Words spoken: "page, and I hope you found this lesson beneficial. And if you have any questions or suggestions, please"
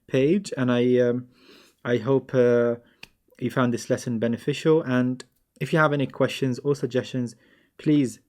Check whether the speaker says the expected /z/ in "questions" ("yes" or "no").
yes